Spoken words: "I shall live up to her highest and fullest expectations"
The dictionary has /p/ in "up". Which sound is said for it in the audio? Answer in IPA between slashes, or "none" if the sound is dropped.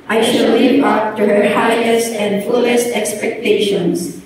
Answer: /f/